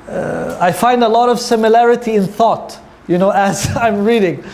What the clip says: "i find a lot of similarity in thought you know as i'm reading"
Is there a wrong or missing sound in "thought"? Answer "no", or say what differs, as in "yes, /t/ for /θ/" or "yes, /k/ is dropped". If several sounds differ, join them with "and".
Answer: no